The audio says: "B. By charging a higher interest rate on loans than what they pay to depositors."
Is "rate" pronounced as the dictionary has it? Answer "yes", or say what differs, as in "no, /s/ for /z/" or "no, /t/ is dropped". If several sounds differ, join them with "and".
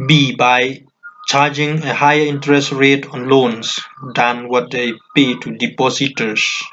yes